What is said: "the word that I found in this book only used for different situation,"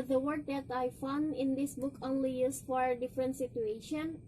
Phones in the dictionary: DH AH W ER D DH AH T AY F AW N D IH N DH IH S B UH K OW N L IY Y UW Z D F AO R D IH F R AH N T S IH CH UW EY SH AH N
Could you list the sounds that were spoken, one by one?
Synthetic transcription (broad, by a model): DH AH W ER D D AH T AY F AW N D IH N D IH S B UH K OW N L IY Y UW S F AO R D IH F R AH N T S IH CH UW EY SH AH N